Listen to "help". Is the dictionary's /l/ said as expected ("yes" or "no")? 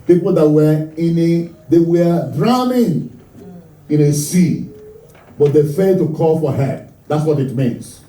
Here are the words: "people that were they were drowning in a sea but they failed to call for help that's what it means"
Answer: no